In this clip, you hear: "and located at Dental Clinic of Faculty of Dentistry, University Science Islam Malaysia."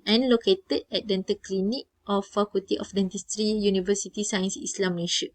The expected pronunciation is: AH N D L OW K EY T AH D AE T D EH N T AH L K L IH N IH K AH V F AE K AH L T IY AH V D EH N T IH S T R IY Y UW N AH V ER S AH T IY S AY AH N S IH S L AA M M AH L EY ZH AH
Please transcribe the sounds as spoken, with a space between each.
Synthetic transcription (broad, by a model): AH N L OW K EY T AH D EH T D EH N T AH K L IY N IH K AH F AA K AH T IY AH F D EH N T IH S T R IY Y UW N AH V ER S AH T IY S AY AH N S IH S L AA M M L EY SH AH